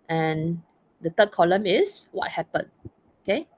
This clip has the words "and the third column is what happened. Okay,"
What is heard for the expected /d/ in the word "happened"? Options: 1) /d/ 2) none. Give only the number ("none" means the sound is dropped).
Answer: 2